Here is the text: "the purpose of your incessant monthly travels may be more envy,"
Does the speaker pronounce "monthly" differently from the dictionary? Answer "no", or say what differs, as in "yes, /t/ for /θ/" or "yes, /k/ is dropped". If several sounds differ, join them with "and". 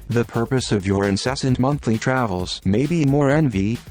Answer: no